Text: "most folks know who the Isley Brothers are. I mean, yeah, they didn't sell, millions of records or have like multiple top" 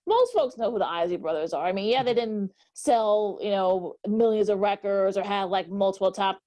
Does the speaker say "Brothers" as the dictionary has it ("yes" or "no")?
yes